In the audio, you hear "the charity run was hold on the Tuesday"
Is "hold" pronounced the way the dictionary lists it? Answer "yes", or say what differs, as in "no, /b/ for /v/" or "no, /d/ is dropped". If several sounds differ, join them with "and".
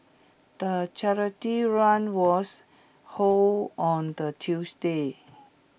no, /d/ is dropped